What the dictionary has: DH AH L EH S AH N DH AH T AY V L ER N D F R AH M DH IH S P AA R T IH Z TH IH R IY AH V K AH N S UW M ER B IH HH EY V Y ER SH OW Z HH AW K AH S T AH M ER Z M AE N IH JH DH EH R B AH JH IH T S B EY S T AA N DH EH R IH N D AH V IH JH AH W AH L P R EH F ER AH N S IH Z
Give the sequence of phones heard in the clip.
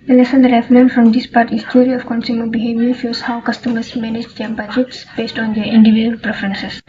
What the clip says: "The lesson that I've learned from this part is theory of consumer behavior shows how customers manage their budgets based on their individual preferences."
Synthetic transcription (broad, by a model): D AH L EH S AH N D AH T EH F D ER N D F R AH M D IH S P AA R T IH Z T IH R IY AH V K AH N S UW M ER B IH HH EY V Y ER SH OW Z HH AW K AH S T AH M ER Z M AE N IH JH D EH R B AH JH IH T S B EY S T AA N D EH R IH N D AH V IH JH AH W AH L P R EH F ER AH N S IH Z